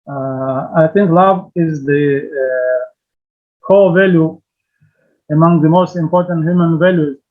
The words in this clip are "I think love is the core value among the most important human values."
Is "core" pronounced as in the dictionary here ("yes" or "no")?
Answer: no